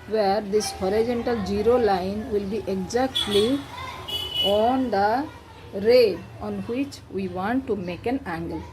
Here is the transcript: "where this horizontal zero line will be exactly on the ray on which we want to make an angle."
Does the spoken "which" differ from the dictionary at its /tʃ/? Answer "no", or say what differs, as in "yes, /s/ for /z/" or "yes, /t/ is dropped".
no